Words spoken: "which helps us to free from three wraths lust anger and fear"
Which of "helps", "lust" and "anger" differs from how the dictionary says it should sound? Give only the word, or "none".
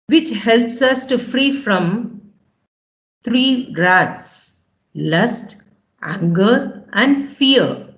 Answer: none